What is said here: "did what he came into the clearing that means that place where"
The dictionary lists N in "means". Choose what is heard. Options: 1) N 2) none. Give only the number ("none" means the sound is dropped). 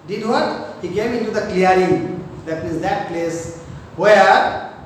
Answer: 2